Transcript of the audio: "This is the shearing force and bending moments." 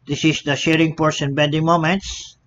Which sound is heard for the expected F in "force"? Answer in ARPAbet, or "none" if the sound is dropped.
P